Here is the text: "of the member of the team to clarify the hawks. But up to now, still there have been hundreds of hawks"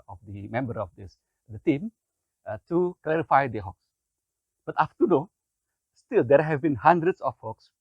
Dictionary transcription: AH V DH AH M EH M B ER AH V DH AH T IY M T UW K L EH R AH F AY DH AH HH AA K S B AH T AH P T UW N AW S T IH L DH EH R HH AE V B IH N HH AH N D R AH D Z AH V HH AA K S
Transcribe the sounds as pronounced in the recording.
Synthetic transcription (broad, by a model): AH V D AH M EH M B ER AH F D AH T IY M T UW K L EH R AH F AY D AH HH AA K S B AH T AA F T UW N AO S T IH L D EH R HH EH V B IH N HH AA N D R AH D S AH F HH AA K S